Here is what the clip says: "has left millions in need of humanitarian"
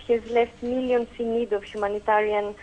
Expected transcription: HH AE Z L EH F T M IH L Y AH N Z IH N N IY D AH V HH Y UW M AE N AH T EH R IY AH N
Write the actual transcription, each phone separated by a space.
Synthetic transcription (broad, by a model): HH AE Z L EH F T M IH L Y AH N S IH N N IY D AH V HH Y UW M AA N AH T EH R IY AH N